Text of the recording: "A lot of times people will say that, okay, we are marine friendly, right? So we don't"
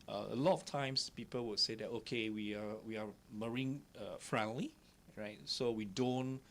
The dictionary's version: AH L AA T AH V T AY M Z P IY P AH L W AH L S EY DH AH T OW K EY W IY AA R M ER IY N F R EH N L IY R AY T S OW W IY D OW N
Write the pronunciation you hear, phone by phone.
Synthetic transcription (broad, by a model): AH L AA T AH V T AY M S P IY P AH L W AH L S EY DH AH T OW K EY W IY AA W M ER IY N F R EH N L IY R AY T S OW W IY D OW N